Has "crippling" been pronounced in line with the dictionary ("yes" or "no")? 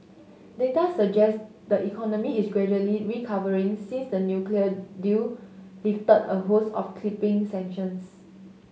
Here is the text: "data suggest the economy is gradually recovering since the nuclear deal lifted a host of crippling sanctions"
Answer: no